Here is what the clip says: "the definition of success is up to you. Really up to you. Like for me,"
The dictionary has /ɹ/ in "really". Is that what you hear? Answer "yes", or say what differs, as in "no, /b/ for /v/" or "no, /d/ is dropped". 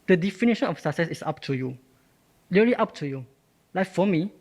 no, /l/ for /ɹ/